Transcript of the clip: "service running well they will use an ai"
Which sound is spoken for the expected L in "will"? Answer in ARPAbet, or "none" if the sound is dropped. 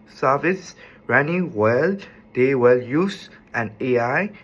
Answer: L